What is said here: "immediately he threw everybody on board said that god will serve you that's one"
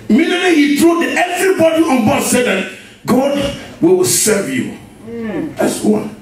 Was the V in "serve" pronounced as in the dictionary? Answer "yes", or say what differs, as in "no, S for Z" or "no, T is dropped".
yes